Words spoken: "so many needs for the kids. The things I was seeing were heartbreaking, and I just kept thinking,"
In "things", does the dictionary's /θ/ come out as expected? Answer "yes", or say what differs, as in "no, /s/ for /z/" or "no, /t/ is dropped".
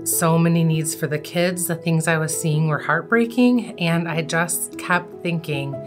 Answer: yes